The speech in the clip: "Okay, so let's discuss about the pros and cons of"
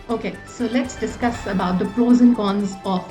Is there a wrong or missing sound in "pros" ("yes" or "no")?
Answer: yes